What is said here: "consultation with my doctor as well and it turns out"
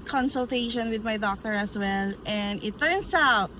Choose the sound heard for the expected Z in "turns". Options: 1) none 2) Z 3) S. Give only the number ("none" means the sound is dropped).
3